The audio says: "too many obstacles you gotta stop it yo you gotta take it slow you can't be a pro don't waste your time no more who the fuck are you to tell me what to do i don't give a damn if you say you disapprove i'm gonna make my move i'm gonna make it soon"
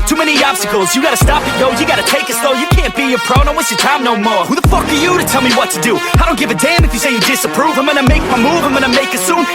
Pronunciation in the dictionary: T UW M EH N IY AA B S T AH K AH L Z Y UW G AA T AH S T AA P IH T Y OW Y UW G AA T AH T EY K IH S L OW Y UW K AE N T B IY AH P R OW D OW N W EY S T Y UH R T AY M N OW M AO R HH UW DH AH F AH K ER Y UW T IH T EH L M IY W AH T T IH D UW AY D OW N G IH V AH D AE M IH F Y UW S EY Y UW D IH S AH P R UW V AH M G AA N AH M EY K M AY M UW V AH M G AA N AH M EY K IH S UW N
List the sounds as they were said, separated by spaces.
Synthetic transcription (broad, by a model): T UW M EH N IY AA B S T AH K L Z Y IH G AA T AH S T AA P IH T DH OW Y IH G AA T AH T EY K IH S L OW Y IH K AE N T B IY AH P R OW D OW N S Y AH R T AY M N OW M AO R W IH DH AH F AH K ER Y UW T IH T EH L M IY W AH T T IH D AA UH D OW N G IH V AH D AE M IH F Y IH S EY Y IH D IH S AH P R UW V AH M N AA AH M EY K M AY M UW V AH M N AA AH M EY K IH S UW N